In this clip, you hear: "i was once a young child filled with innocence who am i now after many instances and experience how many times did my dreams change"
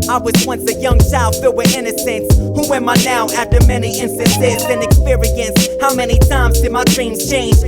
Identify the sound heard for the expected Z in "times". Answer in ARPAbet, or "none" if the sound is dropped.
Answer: Z